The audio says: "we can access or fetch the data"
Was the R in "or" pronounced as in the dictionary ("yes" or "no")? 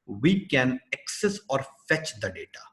yes